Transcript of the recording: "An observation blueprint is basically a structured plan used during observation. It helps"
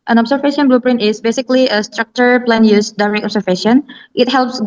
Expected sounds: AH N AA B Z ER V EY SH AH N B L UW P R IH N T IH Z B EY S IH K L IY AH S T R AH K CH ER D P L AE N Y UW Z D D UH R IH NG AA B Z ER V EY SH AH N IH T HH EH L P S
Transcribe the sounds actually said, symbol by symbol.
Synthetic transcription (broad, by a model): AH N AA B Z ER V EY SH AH N B L UW P R IH N T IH S B EY S IH K L IY AH S T R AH K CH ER P L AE N Y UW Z D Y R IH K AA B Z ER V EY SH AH N IH T HH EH L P S